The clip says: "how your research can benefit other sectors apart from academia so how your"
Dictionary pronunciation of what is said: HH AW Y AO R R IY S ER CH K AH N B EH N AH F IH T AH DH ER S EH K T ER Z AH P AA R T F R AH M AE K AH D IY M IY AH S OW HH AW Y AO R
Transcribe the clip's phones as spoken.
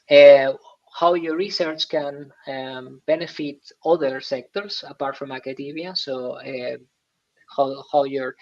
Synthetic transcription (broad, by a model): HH AW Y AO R R IY S ER CH K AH N B EH N AH F IH T AH DH ER S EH K T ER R AH P AA R T F R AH M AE K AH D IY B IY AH S OW HH AW Y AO R